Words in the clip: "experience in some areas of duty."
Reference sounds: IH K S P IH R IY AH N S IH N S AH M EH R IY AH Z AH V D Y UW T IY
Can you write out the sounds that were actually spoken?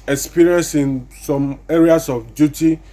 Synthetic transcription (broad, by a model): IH K S P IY R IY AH N S IH N S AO M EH R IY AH S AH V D Y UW T IY